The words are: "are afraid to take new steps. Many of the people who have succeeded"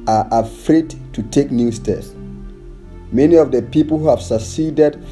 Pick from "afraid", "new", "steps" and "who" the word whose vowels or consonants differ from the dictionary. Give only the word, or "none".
steps